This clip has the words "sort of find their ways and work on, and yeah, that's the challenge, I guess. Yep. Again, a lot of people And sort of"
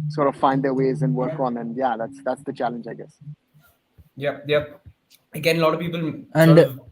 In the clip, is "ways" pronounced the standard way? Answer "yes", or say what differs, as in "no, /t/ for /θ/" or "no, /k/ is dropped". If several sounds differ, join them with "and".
yes